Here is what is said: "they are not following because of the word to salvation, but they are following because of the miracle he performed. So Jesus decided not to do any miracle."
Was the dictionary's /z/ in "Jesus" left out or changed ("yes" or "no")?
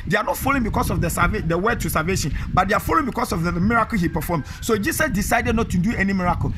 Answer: yes